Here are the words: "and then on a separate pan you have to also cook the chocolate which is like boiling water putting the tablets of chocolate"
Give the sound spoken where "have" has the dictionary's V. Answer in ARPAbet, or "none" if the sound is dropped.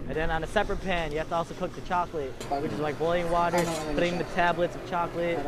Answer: F